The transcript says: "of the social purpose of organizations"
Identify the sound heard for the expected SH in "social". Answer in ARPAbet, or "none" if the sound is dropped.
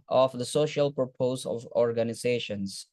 SH